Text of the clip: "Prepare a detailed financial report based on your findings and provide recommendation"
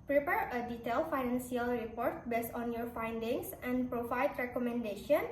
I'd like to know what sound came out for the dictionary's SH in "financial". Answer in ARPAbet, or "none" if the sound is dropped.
S